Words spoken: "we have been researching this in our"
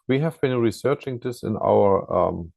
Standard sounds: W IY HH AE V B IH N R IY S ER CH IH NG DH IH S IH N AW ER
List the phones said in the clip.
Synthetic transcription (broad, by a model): W IY HH AE V B IH N R IY S ER CH IH NG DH IH S IH N AW ER